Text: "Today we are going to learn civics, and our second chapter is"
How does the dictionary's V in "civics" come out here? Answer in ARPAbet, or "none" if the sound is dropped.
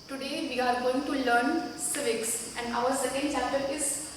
V